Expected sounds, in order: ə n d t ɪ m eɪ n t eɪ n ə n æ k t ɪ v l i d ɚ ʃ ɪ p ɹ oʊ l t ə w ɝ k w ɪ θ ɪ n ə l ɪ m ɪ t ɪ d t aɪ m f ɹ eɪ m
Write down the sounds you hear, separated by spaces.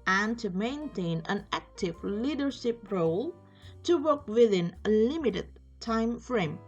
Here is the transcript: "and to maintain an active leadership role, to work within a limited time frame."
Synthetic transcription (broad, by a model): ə n t ɪ m eɪ n t eɪ n ə n æ k t ɪ v l i d ɚ ʃ ɪ p ɹ oʊ l t ə w ɝ k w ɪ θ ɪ n ə l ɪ m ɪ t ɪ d t aɪ m f ɹ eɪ m